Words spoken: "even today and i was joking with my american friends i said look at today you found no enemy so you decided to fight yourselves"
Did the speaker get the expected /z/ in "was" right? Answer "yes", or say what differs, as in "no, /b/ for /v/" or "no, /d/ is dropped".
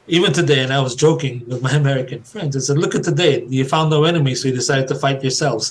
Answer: yes